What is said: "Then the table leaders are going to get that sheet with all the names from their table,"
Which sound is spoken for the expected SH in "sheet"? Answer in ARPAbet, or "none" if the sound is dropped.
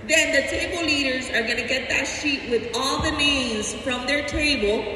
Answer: SH